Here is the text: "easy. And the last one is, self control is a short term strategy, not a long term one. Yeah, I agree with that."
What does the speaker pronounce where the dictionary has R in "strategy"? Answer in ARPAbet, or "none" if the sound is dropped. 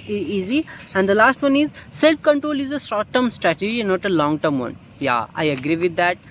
R